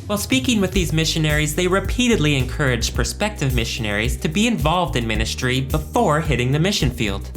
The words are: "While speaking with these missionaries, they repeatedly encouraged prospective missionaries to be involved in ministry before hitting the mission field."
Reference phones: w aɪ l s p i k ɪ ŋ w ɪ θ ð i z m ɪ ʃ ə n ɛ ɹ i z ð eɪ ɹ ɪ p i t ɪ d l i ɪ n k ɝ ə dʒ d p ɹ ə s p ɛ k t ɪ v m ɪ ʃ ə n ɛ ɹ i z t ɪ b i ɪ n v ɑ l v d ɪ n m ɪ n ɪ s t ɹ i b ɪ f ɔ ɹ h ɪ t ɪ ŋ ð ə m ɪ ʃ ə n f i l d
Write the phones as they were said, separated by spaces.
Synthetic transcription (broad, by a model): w aɪ l s p i k ɪ ŋ w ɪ ð i z m ɪ ʃ ə n ɛ ɹ i z ð eɪ ɹ ɪ p i t ɪ d l i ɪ n k ɝ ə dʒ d p ɹ s p ɛ k t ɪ v m ɪ ʃ ə n ɛ ɹ i z t ɪ b i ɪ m v ɑ l v d ɪ n m ɪ n ɪ s t ɹ i b ɪ f ɔ ɹ h ɪ t ɪ ŋ ð ə m ɪ ʃ ə n f i l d